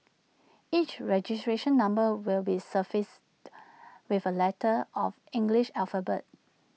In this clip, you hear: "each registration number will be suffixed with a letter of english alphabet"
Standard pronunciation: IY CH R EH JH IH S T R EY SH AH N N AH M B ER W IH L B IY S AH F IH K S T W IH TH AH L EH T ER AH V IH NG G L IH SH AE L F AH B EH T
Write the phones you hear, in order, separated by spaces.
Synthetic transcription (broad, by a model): IY CH R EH JH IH S T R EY SH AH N N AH M B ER W IH L B IY S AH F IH S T W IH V AH L EH T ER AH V IH NG G L IH SH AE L F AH B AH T